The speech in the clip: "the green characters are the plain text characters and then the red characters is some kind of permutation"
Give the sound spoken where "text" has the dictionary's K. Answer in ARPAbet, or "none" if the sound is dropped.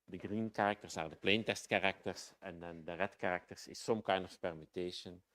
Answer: none